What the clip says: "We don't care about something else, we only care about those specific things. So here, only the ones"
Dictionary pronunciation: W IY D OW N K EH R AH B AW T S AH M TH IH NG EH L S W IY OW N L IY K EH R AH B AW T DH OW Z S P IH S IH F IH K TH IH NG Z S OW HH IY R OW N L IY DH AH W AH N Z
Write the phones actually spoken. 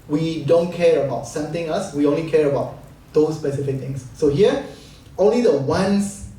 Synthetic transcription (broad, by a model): W IY D OW N K EH R AH B AW T S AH M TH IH NG EH L S W IY OW N L IY K EH R AH B AW T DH OW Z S P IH S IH F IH K T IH NG S OW HH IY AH OW N L IY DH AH W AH N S